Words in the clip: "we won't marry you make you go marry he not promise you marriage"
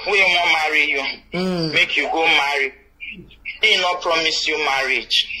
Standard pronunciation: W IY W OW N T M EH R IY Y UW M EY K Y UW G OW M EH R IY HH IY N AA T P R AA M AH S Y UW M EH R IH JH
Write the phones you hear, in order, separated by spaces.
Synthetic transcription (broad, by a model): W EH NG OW M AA R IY Y UW M EY K Y UW G OW M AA R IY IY N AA P R AA M AH S Y UW M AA R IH JH